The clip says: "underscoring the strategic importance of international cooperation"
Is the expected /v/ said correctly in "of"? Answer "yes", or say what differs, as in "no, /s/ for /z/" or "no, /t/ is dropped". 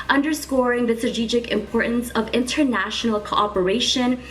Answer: yes